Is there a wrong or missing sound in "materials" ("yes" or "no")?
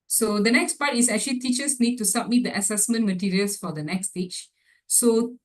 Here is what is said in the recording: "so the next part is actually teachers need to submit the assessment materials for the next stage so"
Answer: yes